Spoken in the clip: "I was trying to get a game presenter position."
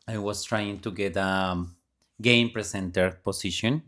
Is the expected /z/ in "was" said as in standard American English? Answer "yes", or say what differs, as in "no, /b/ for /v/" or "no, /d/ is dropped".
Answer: no, /s/ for /z/